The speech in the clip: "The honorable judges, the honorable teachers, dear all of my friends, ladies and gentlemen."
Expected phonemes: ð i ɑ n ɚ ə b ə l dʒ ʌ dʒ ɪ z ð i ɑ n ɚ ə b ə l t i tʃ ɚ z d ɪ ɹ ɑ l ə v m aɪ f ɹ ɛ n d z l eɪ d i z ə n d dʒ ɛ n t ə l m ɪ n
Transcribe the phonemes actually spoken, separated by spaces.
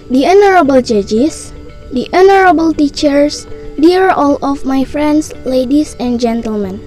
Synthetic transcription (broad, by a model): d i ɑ n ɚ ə b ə l dʒ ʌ dʒ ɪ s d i ɑ n ɚ ə b ə l t i tʃ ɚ s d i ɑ ɑ l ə f m aɪ f ɹ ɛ n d s l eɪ d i s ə n dʒ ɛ n t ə l m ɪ n